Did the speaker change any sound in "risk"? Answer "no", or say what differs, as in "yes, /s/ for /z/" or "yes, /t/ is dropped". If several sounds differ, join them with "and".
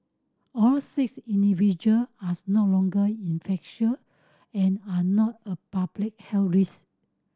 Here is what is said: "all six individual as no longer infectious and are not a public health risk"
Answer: yes, /k/ is dropped